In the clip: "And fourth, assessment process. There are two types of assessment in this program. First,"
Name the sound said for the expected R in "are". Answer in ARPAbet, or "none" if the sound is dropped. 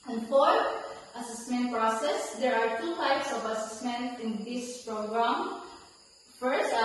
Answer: R